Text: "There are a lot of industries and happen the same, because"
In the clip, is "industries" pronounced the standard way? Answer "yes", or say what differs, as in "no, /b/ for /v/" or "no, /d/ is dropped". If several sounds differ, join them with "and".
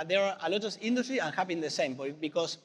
no, /z/ is dropped